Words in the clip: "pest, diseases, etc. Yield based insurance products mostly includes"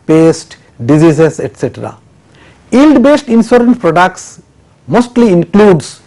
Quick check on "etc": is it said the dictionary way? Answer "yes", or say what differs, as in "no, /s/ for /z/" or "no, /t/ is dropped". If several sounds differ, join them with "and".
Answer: yes